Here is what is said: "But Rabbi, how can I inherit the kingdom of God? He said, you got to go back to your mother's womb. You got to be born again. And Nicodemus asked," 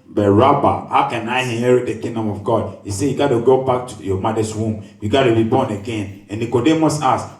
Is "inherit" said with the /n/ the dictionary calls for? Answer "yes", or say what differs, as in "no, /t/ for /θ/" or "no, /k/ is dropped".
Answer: no, /n/ is dropped